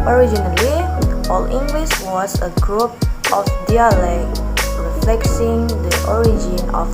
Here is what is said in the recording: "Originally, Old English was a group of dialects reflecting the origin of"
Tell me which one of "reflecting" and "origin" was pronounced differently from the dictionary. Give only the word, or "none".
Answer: reflecting